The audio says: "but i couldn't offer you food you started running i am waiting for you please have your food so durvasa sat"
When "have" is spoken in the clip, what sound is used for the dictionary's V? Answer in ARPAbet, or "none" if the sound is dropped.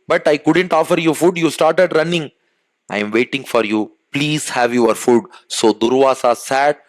V